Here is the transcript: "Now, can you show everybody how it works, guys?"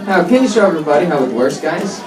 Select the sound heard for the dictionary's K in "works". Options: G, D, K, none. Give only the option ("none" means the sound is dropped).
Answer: none